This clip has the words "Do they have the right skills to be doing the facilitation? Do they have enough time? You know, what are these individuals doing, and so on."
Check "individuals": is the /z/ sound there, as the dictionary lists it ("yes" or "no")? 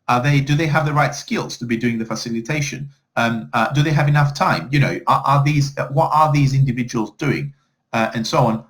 yes